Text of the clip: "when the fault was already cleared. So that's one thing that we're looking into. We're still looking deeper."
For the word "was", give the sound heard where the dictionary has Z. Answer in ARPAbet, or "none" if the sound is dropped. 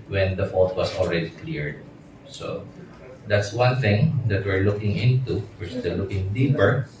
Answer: S